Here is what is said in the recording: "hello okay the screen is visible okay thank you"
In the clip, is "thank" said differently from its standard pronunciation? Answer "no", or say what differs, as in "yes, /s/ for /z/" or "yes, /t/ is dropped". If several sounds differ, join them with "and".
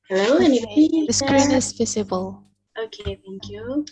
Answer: no